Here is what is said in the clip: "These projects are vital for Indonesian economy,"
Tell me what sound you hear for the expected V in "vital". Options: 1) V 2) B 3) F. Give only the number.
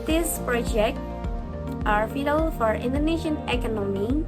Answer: 3